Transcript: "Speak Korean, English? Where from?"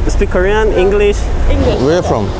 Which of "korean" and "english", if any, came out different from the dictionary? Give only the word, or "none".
none